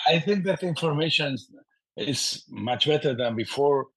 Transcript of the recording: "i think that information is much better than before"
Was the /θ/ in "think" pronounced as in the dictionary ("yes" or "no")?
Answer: yes